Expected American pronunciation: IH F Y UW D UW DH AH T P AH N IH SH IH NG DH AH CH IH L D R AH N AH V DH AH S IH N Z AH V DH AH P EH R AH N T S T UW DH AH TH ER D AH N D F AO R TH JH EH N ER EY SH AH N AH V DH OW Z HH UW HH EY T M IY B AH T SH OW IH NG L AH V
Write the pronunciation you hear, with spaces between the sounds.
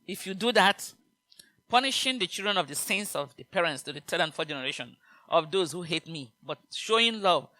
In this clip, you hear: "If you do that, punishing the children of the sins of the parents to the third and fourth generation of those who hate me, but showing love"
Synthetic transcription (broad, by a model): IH F Y UW D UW DH AH T P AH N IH SH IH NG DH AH CH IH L D R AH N AH V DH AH S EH N S AH V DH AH P EH R AH N T S T UW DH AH T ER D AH N F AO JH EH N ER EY SH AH N AH V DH OW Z HH UW HH EY T M IY B AH T SH OW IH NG L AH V